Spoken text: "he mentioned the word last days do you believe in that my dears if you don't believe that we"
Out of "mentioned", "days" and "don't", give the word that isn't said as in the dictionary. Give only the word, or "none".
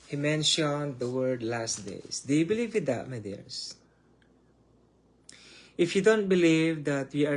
days